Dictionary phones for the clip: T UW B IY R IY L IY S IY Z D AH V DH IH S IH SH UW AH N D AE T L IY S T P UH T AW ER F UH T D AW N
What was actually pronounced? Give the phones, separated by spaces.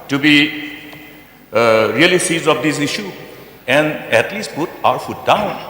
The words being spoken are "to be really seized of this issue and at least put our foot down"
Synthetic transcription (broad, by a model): T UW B IY R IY L IY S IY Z AH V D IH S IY SH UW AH N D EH T L IY S T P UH T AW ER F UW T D AW N